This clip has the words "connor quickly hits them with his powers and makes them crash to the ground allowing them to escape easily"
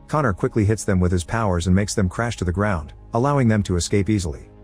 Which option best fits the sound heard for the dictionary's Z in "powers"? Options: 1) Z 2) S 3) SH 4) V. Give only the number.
1